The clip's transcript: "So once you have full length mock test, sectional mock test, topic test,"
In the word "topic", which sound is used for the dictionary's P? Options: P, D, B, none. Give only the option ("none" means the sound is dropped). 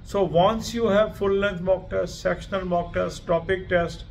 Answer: P